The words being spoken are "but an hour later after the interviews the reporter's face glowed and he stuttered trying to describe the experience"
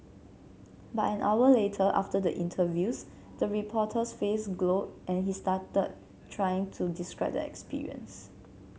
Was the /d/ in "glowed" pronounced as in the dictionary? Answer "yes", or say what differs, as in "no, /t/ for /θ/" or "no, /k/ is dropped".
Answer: no, /d/ is dropped